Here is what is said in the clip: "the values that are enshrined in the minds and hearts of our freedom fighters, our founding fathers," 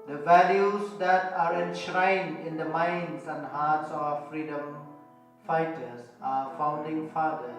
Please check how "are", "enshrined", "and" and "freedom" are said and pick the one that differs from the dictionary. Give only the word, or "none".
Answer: none